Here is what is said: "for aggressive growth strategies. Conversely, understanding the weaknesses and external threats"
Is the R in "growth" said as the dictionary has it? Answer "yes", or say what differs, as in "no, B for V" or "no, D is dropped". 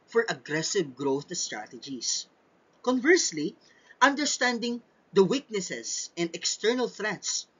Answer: yes